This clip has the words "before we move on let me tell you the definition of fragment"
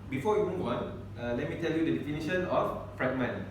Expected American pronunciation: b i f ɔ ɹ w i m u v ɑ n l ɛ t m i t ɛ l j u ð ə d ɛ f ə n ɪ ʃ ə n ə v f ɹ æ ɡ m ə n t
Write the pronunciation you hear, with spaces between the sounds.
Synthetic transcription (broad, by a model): b i f ɔ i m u w ɑ n l ɛ t m i t ɛ l j u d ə d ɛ f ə n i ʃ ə n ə f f ɹ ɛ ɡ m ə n